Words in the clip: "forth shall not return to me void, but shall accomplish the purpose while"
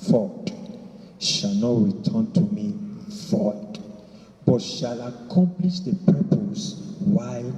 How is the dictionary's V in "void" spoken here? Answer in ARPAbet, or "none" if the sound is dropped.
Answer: F